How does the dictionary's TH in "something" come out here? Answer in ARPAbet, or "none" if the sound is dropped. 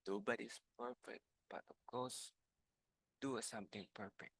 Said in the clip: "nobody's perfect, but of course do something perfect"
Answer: T